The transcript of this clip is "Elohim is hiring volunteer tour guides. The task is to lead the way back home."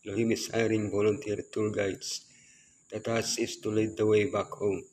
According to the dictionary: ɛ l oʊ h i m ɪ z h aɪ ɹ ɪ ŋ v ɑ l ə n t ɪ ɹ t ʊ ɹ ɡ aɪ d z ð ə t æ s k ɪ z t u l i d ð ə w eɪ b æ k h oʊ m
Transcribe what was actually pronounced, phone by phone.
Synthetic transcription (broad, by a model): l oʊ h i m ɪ s h aɪ ɹ ɪ ŋ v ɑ l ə n t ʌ ɹ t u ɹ ɡ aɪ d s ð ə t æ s ɪ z t u l i d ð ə w eɪ b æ k h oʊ m